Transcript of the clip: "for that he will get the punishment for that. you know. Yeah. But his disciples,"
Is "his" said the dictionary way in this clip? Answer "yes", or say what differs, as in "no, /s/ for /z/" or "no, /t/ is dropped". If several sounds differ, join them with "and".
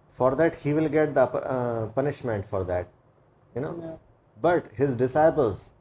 yes